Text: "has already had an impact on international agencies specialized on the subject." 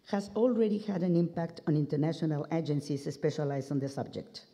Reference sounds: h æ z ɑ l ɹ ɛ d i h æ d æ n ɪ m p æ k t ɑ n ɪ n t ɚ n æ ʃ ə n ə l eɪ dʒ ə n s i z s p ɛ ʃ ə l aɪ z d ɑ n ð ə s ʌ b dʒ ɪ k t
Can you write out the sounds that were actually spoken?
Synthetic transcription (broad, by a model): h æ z ɑ l ɹ ɛ d i h æ d æ n ɪ m p æ k t ɑ n ɪ n t ɚ n æ ʃ ə n ə l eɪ dʒ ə n s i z s p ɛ ʃ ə l aɪ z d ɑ n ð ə s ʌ b dʒ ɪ k t